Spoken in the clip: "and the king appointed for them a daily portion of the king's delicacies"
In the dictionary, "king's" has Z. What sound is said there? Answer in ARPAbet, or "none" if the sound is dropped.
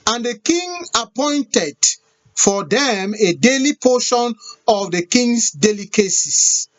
S